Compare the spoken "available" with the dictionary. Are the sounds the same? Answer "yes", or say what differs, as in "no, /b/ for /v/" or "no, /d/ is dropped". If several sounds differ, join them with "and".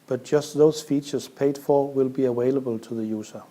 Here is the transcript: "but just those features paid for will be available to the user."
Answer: no, /w/ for /v/